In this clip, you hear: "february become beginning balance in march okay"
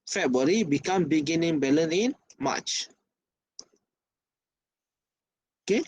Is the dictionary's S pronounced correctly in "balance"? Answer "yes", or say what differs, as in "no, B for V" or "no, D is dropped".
no, S is dropped